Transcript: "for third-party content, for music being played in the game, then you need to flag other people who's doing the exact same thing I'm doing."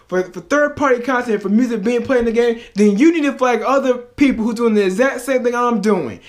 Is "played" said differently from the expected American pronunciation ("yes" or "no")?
yes